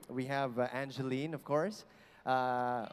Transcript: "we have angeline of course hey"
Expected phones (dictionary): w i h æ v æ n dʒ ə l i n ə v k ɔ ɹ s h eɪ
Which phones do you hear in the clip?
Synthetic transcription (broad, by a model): w i h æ v æ n dʒ ə l i n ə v k ɔ ɹ s